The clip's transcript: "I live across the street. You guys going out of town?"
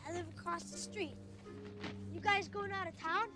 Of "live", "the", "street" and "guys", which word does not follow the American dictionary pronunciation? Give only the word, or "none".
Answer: none